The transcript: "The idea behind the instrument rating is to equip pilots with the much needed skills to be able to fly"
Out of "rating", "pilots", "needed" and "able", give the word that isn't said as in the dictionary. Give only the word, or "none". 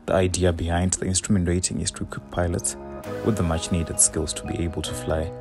none